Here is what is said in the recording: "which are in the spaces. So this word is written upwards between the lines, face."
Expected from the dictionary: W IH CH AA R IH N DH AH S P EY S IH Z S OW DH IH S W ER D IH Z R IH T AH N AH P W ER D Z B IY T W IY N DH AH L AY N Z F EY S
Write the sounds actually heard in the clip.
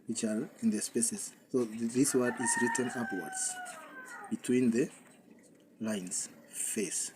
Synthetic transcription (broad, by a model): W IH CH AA L IH N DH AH S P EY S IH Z S OW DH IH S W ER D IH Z R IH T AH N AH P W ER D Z B IY T W IY N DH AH L AY N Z F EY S